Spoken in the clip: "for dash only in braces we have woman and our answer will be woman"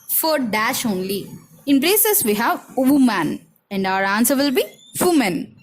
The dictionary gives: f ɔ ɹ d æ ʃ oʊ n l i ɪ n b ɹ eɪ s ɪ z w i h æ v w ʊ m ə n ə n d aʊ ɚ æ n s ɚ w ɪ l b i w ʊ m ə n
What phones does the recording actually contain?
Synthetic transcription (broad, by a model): f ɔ ɹ d æ ʃ oʊ n l i ɪ n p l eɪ s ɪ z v i h æ v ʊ m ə n ə n d aʊ ɚ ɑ n s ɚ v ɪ l b i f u m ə n